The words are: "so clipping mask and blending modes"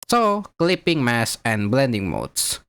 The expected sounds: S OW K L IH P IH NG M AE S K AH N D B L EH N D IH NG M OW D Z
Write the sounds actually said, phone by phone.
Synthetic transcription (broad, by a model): S OW K L IH P IH NG M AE S AH N B L EH N D IH NG M OW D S